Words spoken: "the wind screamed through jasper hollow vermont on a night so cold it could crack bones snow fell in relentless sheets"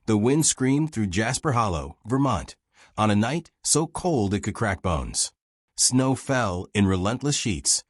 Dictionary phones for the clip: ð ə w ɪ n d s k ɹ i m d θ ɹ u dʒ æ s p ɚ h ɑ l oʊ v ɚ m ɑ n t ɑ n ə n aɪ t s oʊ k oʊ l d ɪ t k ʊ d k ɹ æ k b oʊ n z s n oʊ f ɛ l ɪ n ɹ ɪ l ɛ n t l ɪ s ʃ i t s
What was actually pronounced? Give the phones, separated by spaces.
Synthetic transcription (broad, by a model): ð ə w ɪ n d s k ɹ i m θ ɹ u dʒ æ s p ɚ h ɑ l oʊ v ɚ m ɑ n t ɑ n ə n aɪ t s oʊ k oʊ l d ɪ t k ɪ d k ɹ æ k b oʊ n z s n oʊ f ɛ l ɪ n ɹ ɪ l ɛ n t l ɪ s ʃ i t s